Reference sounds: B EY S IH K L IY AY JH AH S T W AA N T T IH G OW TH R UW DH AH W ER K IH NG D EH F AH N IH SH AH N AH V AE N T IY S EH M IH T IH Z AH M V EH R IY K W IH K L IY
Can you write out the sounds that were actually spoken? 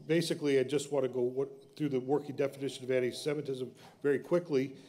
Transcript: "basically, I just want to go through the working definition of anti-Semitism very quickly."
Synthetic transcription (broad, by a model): B EY S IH K L IY AY JH AH S T W AA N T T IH G OW TH R UW DH AH W ER K IH NG D EH F AH N IH SH AH N AH V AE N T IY S EH M IH T IH Z AH M V EH R IY K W IH K L IY